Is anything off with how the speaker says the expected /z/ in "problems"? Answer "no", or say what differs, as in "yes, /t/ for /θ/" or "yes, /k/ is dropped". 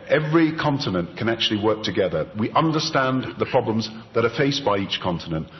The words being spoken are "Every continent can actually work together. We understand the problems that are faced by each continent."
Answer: no